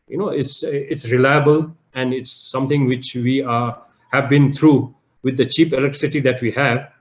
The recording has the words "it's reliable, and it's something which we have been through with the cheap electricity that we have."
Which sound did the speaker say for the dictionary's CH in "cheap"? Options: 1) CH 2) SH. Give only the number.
1